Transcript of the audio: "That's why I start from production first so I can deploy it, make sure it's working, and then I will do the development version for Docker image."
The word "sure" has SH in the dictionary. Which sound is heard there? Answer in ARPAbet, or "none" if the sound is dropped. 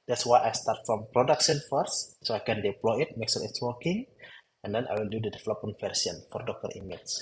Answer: S